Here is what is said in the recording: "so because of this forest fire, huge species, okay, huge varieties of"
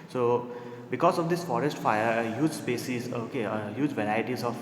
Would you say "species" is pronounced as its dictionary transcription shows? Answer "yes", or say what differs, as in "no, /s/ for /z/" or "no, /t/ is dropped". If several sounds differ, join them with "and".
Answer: no, /s/ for /ʃ/